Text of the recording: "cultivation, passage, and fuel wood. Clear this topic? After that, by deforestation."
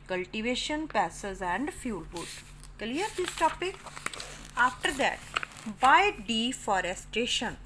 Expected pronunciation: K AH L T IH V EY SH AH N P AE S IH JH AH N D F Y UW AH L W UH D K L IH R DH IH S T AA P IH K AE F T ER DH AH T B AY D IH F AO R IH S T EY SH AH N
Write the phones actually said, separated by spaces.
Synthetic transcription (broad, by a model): K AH L T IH V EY SH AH N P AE S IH Z AH N D F Y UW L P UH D K L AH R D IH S T AA P IH K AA F T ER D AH T B AY D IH F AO R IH S T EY SH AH N